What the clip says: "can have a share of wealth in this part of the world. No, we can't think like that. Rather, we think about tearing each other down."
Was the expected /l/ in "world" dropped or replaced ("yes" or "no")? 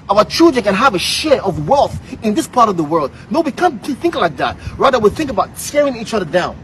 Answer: no